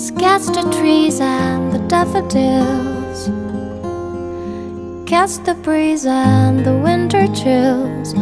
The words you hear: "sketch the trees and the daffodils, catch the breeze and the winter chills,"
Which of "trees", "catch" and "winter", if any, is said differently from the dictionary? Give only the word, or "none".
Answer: catch